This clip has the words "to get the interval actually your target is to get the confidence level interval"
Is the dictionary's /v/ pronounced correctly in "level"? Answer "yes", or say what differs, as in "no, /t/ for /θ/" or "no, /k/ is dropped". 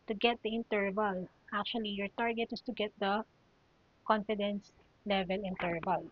yes